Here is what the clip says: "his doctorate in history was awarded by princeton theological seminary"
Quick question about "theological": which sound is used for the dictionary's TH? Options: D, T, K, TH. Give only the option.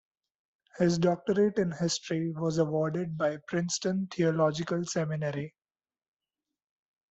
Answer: T